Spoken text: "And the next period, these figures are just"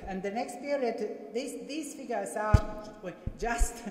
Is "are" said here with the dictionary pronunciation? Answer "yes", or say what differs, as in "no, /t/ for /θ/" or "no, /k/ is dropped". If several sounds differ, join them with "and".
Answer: no, /w/ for /ɹ/